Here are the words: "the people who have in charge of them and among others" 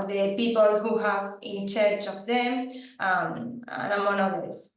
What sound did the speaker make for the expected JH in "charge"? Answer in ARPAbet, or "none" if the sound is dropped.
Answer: CH